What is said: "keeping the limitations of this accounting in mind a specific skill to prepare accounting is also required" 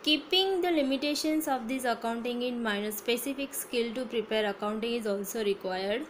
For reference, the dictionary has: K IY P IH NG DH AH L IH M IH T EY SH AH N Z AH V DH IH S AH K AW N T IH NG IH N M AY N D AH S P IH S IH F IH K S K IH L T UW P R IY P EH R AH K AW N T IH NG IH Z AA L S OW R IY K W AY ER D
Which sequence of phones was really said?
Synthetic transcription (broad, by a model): K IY P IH NG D AH L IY M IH T EY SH AH N S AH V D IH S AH K AW N T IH NG IH N M AY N AH S P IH S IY F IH K S K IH L T UW P R IY P EH R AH K AW N T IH NG IH Z AA L S OW R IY K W AY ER D